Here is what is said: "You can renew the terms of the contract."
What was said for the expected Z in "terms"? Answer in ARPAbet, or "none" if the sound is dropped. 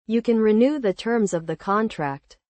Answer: Z